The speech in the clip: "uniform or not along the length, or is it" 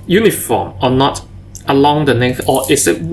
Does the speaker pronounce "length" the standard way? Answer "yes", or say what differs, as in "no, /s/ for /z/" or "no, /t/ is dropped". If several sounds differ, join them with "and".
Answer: no, /n/ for /l/